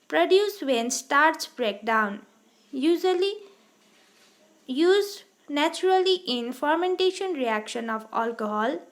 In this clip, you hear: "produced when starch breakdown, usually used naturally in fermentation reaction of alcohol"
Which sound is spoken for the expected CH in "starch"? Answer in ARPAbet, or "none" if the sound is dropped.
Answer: S